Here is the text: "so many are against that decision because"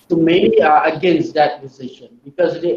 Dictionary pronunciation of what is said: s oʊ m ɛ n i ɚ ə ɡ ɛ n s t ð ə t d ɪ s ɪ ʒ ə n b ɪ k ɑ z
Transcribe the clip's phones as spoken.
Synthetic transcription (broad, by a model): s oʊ m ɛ i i ə ɡ ɛ n s t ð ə t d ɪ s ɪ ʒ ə n b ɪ k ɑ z